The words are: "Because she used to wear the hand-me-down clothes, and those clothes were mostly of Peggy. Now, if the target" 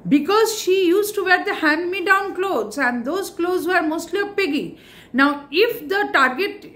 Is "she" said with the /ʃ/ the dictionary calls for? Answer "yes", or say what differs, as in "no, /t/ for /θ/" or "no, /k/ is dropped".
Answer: yes